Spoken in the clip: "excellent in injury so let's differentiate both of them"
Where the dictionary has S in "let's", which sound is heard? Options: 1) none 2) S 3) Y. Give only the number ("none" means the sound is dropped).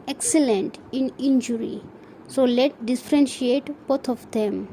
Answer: 1